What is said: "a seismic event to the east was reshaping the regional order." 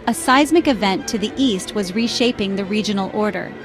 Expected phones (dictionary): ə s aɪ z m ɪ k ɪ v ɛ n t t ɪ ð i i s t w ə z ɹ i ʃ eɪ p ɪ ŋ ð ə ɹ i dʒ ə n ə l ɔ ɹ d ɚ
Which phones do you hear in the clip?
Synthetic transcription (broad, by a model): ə s aɪ z m ɪ k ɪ v ɛ n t t ɪ ð i i s t w ə z ɹ i ʃ eɪ p ɪ ŋ ð ə ɹ i dʒ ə n l ɔ ɹ d ɚ